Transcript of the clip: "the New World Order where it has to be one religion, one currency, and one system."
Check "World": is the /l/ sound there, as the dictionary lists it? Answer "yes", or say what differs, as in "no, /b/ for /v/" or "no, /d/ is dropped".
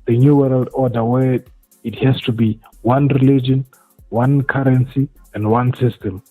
yes